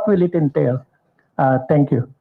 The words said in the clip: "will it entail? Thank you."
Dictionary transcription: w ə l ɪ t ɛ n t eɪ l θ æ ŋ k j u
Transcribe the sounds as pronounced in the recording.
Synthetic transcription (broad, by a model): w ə l ɪ t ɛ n t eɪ l t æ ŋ k j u